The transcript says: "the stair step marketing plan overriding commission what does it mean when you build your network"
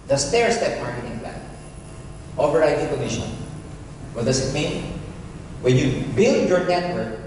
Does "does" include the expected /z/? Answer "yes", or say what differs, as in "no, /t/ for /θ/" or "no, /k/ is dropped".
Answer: no, /s/ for /z/